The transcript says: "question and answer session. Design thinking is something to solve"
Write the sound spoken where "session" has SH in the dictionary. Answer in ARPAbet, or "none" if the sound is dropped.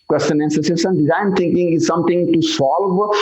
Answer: S